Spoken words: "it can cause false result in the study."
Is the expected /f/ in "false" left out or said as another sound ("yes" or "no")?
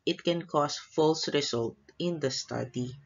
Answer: no